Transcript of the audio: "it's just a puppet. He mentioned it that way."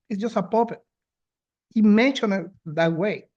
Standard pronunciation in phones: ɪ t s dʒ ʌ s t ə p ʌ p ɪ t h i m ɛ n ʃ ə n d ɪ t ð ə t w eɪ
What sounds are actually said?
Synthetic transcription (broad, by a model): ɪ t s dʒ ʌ s t ə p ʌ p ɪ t h i m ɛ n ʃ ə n ɪ t ð ə t w eɪ